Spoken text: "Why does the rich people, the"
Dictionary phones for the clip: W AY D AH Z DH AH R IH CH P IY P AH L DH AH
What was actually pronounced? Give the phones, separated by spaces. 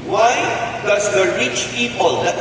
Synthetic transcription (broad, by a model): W AY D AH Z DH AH R IH CH P IY P AH L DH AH